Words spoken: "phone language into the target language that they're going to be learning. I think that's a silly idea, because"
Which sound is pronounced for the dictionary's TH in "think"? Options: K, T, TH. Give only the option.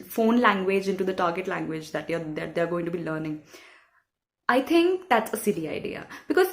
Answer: T